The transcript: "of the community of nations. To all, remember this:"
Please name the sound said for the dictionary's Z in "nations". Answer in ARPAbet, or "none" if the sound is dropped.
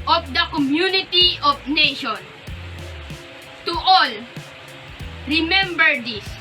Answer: none